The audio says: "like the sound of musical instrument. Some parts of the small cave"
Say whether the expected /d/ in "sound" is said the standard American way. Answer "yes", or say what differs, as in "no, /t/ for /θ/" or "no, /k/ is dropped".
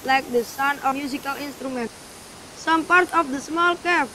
no, /d/ is dropped